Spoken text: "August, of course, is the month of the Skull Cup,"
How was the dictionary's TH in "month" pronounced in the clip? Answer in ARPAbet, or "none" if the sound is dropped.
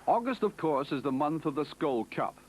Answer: TH